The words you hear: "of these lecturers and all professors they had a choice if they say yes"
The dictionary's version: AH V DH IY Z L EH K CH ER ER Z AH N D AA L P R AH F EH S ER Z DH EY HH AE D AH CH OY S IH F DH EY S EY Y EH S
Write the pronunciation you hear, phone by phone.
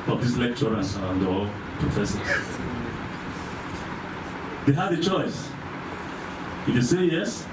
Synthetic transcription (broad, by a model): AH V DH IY S L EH K CH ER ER S AH N D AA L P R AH F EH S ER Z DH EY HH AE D AH CH OY S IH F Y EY S EY Y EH S